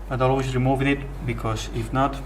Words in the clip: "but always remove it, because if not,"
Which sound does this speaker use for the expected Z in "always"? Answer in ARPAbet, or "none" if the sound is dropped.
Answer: none